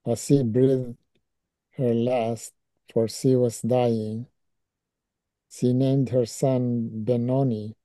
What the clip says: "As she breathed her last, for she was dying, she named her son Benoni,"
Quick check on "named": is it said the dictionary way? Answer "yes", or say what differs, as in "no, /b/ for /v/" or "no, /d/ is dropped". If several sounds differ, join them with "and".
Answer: yes